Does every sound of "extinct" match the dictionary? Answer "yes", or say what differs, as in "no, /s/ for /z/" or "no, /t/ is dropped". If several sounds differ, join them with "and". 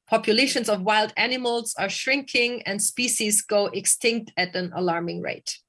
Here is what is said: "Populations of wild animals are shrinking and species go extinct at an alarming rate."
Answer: yes